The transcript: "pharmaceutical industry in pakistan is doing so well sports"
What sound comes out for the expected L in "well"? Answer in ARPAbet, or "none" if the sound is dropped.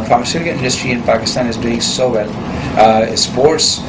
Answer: L